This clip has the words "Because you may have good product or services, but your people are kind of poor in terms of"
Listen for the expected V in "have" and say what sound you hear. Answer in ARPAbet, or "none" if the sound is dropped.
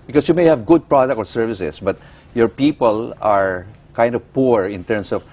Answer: V